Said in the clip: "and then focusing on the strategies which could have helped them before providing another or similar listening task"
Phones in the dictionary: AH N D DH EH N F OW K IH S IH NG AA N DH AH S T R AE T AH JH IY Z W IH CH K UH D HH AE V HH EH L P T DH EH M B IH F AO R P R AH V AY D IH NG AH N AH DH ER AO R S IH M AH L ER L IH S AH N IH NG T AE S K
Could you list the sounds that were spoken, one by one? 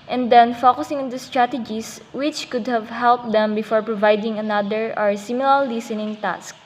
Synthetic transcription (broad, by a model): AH N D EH N F OW K IH S IH NG AA N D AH S T R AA T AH JH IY S W IH CH K UH D HH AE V HH EH L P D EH M B IH F AO R P R AH V AY D IH NG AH N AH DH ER AO R S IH M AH L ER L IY S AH N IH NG T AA S K